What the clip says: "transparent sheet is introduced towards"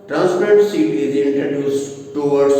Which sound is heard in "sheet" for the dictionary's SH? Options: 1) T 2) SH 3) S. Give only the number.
3